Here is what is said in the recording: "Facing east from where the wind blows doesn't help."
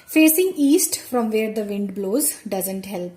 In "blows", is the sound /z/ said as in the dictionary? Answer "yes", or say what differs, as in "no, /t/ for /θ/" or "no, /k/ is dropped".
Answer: yes